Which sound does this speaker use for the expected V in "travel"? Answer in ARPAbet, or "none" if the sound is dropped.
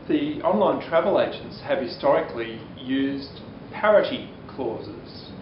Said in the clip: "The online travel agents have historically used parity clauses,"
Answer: V